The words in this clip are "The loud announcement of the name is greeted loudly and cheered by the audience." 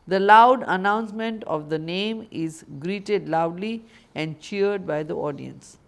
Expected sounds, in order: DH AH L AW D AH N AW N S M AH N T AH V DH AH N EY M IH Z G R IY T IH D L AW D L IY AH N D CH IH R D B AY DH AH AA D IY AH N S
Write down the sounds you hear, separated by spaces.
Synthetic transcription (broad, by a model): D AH L AW D AH N AW N S M AH N T AH V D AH N EY M IH Z G R IY T IH D L AW D L IY AH N D CH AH R D B AY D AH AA D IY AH N S